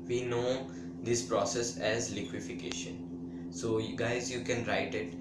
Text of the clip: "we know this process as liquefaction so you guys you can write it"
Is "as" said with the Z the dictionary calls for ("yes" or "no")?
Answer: yes